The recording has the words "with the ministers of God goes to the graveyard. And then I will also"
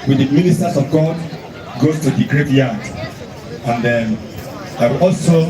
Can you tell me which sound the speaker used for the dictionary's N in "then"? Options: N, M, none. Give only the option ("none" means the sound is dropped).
none